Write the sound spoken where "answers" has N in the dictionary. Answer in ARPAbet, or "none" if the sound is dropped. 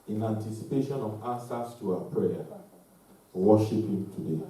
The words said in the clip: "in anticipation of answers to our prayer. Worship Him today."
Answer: none